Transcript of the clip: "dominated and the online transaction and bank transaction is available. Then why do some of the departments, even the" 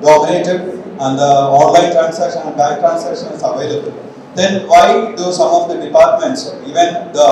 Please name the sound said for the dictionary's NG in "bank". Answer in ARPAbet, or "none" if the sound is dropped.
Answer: none